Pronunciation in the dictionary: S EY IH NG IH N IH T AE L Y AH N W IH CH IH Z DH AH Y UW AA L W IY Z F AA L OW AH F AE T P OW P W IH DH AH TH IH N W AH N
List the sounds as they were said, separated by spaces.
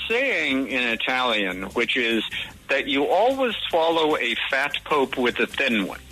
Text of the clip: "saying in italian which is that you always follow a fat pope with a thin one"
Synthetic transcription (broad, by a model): S EY IH NG IH N IH T AE L Y AH N W IH CH IH Z DH AH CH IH AA L W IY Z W AA L OW AH F AE T P OW P W IH DH AH TH IH N W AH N